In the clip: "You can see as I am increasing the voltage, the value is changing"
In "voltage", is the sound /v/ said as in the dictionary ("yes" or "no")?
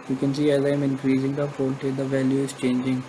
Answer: no